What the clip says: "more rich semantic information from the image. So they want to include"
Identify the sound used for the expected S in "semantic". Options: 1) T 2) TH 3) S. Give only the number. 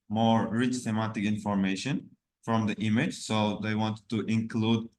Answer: 2